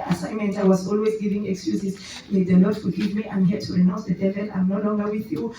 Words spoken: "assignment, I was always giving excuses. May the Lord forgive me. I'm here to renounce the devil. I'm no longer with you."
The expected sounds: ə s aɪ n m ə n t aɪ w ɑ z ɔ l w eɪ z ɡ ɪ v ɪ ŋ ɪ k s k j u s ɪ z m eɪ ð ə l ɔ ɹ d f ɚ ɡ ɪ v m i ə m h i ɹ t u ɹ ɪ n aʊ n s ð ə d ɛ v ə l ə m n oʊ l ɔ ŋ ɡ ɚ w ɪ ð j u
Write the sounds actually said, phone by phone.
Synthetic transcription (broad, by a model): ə s aɪ n m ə n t aɪ w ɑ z ɔ l w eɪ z ɡ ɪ v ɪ ŋ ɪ k s k j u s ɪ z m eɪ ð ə l ɔ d f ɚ ɡ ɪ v m i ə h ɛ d t u ɹ ɪ n aʊ n s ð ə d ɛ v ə n ə m n oʊ l ɔ ŋ ɡ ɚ w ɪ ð j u